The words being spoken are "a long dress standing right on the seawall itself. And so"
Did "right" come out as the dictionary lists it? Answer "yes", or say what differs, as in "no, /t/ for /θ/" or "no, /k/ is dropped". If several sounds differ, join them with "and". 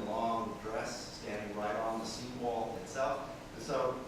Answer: yes